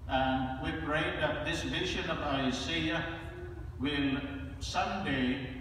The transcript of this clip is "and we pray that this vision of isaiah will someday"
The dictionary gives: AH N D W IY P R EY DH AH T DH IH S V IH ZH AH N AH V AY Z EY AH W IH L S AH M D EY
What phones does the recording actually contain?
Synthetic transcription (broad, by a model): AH N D W IY P R EY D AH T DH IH S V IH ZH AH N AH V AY S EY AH W IH L S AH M D EY